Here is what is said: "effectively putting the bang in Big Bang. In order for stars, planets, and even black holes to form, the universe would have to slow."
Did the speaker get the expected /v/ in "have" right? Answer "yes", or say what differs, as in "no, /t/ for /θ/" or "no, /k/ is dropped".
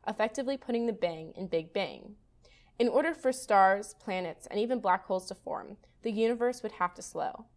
no, /f/ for /v/